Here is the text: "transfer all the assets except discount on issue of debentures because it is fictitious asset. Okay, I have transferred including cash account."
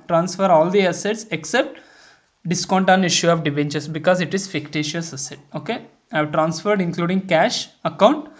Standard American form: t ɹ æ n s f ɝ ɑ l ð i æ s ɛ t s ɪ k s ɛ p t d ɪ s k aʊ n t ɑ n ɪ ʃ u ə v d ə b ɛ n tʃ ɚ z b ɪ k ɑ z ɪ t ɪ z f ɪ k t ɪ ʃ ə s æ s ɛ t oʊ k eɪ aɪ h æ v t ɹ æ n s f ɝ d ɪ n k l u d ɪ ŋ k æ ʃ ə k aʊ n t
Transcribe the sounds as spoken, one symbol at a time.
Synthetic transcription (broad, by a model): t ɹ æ n s f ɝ ɑ l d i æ s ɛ t s ɪ k s ɛ p t d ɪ s k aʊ n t ɑ n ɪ ʃ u ə v d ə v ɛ n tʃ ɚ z b ɪ k ɑ z ɪ t ɪ z f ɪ k t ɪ ʃ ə s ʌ s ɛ t oʊ k eɪ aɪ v t ɹ æ n s f ɝ d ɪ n k l u d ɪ ŋ k æ ʃ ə k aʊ n t